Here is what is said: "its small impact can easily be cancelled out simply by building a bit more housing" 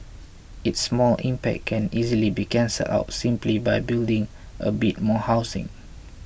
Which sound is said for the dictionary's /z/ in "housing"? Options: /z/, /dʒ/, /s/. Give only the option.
/s/